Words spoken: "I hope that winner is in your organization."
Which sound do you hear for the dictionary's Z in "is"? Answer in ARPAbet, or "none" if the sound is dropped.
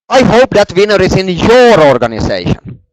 S